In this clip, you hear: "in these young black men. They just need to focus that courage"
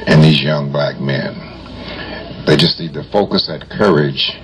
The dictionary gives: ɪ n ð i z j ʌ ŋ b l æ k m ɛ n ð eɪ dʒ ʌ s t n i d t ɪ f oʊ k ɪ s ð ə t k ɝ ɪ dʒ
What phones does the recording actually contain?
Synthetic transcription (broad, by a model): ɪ n ð i z j ʌ ŋ b l æ k m ɛ n ð eɪ dʒ ʌ s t n i d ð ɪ f oʊ k ɪ s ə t k ɝ ɪ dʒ